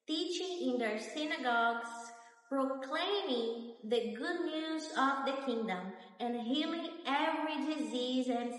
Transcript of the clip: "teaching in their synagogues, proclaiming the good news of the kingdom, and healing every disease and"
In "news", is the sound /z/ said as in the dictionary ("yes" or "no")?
yes